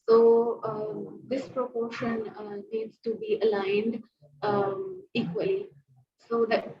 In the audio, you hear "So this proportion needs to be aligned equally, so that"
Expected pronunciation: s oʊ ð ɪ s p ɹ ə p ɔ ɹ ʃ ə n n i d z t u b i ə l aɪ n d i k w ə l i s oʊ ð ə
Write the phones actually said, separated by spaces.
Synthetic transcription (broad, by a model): s oʊ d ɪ s p ɹ ə p ɔ ɹ ʃ ə n n i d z t u b i ə l aɪ n d i k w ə l i s oʊ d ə